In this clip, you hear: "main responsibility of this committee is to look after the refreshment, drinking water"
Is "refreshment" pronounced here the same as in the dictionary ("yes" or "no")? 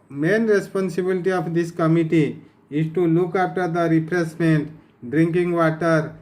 no